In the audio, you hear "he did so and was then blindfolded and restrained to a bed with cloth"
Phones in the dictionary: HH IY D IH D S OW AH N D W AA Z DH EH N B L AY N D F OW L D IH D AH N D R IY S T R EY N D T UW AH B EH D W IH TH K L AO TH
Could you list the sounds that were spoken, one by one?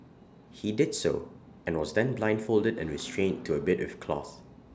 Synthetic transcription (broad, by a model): HH IY D IH D S OW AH N W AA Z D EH N B L AY N D F OW L D IH D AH N R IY S T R EY N T UW AH B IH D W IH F K L AO TH